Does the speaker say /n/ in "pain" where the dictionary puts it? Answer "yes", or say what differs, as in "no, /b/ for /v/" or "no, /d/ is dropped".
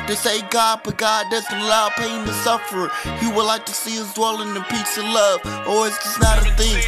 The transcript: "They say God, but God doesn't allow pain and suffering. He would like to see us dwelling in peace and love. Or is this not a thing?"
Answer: no, /n/ is dropped